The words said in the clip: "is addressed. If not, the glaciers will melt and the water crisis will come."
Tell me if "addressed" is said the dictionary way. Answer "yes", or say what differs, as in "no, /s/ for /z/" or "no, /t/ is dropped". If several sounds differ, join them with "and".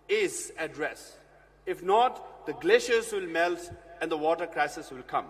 no, /t/ is dropped